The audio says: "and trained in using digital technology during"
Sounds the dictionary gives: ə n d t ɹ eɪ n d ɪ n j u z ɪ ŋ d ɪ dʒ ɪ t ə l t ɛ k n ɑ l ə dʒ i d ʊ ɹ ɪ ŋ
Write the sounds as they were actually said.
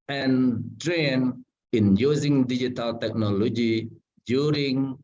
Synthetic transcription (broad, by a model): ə n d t ɹ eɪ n ɪ n j u z ɪ ŋ d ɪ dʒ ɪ t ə l t ɛ k n ɑ l ə dʒ i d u ɹ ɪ ŋ